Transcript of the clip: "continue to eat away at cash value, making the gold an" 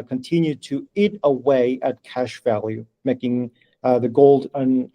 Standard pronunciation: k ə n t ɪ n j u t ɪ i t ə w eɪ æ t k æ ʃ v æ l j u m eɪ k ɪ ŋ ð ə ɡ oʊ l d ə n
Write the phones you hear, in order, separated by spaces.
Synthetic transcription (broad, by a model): k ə n t ɪ n j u t ɪ i t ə w eɪ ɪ t k æ ʃ v æ l j u m eɪ k ɪ ŋ ð ə ɡ oʊ l d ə n